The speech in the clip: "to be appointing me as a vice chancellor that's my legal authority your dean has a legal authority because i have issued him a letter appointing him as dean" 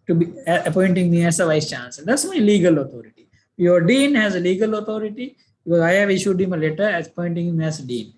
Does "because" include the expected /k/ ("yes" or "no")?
no